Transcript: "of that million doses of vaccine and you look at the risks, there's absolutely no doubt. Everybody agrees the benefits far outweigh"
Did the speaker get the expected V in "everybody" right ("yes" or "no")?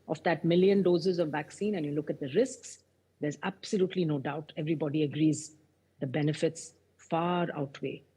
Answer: yes